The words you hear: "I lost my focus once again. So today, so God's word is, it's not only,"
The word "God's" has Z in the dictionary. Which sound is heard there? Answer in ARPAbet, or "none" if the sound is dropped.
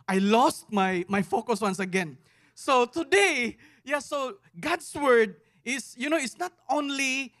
S